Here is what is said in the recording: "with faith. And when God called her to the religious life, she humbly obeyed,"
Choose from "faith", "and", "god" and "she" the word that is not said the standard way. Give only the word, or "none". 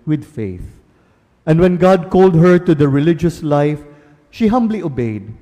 none